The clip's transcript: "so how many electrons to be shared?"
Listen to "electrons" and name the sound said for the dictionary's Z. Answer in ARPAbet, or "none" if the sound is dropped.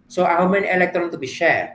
none